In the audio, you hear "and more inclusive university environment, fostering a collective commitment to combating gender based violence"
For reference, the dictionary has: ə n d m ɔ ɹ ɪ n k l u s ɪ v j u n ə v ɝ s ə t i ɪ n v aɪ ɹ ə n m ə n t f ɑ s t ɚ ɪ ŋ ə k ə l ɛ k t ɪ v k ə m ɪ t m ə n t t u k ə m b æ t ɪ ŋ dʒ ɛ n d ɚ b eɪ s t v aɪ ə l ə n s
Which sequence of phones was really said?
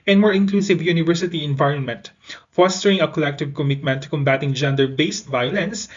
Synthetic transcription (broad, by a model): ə n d m ɔ ɹ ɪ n k l u s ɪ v j u n ə v ɝ s ə t i ɪ n v aɪ ɹ ə n m ə n t f ɑ s t ɚ ɪ ŋ ə k ə l ɛ k t ɪ v k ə m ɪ t m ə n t t u k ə m b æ t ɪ ŋ dʒ ɛ n d ɚ b eɪ s t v aɪ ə l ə n s